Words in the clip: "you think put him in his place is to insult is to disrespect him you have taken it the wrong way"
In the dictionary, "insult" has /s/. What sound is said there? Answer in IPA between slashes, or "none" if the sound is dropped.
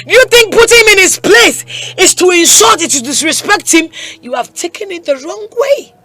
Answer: /ʃ/